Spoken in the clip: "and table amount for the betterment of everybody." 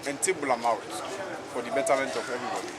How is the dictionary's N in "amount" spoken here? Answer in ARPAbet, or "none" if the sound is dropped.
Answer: none